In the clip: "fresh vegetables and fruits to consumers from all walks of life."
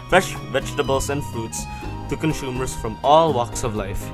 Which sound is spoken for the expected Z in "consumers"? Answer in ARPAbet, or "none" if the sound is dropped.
S